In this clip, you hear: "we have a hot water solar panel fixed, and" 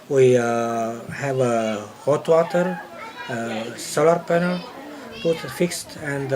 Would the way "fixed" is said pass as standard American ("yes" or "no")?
yes